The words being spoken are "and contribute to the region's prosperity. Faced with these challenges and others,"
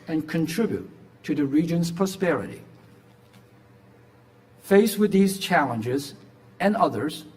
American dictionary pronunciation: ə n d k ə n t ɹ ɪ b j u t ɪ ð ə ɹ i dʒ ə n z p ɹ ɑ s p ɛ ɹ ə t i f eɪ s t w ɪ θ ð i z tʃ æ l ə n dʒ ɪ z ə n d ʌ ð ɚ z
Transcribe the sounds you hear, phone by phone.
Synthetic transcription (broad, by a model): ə n k ə n t ɹ ɪ b j u t ɪ ð ə ɹ i dʒ ə n z p ɹ ɑ s p ɛ ɹ ə t i f eɪ s w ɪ ð i z tʃ æ l ə n dʒ ɪ z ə n ʌ ð ɚ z